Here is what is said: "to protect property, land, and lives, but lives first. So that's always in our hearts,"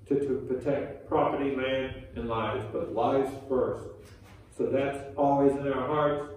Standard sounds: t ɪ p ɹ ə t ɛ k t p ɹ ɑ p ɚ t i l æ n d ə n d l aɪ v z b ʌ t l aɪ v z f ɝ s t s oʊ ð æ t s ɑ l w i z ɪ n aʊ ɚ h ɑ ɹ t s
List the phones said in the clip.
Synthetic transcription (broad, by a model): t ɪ p ɹ ə t ɛ k t p ɹ ɑ p ɚ t i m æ n ə n l aɪ v z b ʌ t l aɪ v z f ɝ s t s oʊ ð æ t s ɑ l w i z ɪ n aʊ ɚ h ɑ ɹ t s